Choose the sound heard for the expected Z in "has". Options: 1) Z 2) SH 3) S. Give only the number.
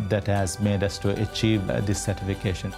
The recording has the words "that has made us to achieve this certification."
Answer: 1